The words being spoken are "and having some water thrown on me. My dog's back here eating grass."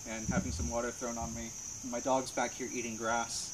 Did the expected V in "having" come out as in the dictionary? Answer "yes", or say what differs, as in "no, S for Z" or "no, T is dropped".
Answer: yes